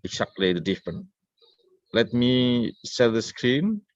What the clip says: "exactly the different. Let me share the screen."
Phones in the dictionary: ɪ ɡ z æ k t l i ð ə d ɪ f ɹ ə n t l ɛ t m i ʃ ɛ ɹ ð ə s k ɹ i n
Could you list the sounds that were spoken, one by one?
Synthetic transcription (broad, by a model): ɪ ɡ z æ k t l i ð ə d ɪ f ɹ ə n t l ɛ t m i s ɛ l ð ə s k ɹ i n